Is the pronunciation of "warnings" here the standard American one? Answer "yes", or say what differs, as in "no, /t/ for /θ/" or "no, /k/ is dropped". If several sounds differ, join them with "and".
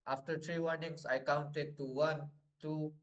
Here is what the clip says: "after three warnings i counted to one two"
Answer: no, /s/ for /z/